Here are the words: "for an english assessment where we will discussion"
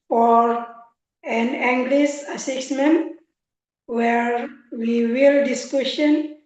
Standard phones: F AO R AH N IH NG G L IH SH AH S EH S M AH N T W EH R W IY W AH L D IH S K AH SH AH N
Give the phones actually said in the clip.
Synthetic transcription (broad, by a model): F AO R AH N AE NG G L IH S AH S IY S M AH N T W EH R W IY W AH L D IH S K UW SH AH N